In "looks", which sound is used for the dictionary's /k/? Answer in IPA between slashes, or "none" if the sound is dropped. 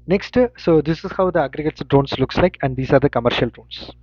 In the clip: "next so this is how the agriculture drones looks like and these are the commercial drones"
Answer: /k/